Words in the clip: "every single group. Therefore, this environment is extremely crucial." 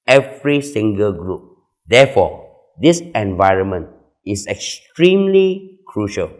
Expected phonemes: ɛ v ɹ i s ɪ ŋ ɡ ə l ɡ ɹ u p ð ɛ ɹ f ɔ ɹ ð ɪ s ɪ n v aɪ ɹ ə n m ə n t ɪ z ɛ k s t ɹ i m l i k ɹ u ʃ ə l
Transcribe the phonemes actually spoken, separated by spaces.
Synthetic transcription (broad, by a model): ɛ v ɹ i s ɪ ŋ ɡ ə l ɡ ɹ u p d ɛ f ɔ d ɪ s ɪ n v aɪ ɹ ə n m ə n t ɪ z ɛ k s t ɹ i m l i k ɹ u ʃ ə l